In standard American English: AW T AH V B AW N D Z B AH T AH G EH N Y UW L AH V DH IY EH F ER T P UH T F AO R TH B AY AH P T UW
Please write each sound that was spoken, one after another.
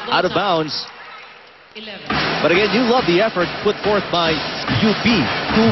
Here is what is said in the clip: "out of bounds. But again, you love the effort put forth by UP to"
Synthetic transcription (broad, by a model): AW T AH V B AW N D Z B AH T AH G EH N Y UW L AH V DH IY EH F ER T P UH T F AO R TH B AY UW B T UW